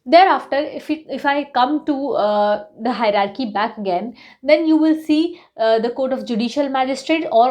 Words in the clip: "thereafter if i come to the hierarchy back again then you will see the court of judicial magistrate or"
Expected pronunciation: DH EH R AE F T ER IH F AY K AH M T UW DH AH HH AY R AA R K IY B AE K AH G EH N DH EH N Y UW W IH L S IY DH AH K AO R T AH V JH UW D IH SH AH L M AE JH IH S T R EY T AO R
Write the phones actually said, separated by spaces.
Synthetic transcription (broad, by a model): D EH R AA F T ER IH F AY K AH M T UW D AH HH AY R AA R K IY B AE K AH G EH N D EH N Y UW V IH L S IY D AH K AO R T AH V JH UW D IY SH AH L M AE JH IH S T R EY T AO R